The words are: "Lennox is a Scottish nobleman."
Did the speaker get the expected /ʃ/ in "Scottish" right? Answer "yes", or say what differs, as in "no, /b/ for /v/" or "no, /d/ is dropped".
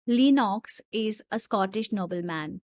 yes